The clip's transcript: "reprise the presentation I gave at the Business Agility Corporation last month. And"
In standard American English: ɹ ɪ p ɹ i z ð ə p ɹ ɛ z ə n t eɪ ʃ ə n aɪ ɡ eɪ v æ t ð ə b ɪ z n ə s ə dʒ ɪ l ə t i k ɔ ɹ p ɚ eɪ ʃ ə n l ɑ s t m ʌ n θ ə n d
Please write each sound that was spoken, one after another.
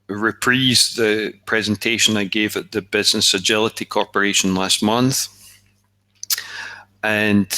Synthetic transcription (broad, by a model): ɹ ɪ p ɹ i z ð ə p ɹ ɛ z ə n t eɪ ʃ ə n aɪ ɡ eɪ v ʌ t ð ə b ɪ z n ə s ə dʒ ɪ l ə t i k ɔ ɹ p ɚ eɪ ʃ ə n l ɑ s t m ʌ n θ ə n